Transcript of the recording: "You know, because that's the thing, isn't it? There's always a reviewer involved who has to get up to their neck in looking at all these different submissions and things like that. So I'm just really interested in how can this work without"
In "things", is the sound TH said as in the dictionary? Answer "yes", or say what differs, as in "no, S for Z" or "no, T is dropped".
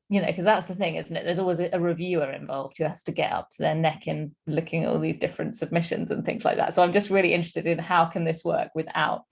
yes